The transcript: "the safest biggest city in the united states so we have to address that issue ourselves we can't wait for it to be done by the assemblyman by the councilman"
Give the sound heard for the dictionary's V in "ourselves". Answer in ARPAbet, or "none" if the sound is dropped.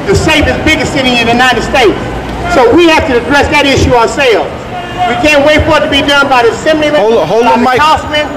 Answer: none